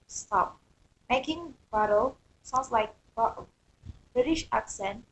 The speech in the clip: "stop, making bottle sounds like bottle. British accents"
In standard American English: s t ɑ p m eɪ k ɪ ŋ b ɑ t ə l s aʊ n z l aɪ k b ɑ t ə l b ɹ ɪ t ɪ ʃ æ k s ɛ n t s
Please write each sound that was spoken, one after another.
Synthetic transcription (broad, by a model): s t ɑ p m eɪ k ɪ ŋ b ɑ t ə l s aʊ n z l aɪ k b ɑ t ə b ɹ ɪ t ɪ ʃ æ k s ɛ n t